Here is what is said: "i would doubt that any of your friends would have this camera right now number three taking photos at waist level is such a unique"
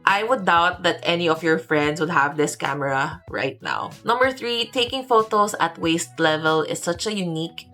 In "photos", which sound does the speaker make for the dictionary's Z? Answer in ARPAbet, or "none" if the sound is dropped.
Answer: S